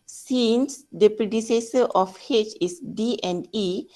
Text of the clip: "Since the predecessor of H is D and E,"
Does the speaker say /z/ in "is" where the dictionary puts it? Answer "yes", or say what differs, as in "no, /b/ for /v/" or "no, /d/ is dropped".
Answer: no, /s/ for /z/